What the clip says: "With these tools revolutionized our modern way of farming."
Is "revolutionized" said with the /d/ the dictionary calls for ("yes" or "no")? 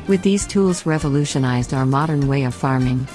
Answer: yes